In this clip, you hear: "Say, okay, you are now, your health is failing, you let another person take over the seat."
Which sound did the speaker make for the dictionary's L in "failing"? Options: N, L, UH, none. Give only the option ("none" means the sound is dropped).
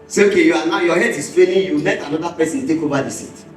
N